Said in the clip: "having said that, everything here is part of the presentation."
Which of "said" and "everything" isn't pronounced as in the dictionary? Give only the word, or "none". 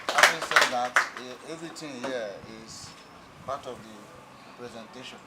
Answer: everything